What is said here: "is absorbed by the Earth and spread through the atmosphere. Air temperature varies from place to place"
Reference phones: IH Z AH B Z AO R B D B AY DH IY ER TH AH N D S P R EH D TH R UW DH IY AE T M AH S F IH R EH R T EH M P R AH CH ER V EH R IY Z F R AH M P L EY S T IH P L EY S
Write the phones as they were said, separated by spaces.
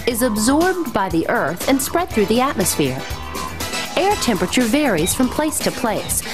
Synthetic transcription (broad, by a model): IH Z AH B Z AO R B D B AY DH IY ER TH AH N S P R EH D TH R UW DH IY AE T M AH S F IH R EH R T EH M P R AH CH ER V EH R IY Z F R AH M P L EY S T IH P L EY S